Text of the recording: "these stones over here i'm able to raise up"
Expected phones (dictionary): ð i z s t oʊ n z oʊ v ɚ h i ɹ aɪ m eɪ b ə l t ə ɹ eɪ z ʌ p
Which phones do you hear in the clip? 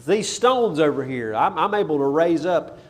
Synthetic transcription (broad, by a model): ð i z s t oʊ n z oʊ v ɚ h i ɹ aɪ m eɪ b l t ə ɹ eɪ z ʌ p